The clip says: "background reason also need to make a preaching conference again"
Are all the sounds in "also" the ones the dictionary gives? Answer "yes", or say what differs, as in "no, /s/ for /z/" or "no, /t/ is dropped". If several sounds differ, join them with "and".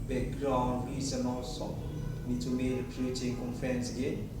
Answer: no, /l/ is dropped